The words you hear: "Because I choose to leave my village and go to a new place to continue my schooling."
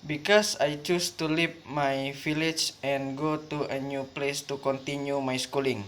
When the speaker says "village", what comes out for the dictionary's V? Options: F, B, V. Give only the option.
F